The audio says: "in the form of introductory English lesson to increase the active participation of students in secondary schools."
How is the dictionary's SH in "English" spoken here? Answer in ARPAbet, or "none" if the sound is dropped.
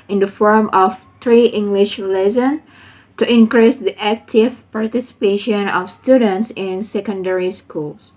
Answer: SH